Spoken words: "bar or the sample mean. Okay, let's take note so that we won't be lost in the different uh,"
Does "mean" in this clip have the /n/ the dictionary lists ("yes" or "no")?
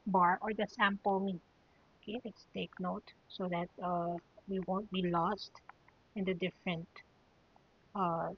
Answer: no